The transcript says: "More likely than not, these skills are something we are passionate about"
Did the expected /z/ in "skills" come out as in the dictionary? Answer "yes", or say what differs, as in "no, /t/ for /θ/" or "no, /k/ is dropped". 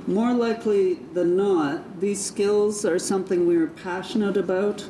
yes